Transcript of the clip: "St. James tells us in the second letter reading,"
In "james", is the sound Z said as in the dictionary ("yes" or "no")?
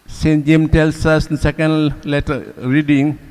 no